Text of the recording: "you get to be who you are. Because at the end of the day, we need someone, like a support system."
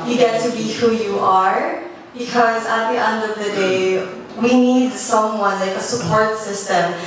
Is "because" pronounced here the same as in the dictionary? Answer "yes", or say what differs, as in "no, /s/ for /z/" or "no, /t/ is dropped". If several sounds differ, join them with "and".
yes